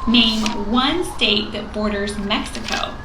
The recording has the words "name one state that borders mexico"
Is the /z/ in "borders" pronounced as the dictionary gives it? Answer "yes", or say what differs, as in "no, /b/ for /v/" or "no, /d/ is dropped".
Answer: yes